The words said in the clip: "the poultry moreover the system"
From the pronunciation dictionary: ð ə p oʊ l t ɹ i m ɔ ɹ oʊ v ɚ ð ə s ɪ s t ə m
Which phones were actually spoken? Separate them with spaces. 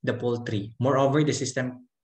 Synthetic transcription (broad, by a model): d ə p oʊ l t ɹ i m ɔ ɹ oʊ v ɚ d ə s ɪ s t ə m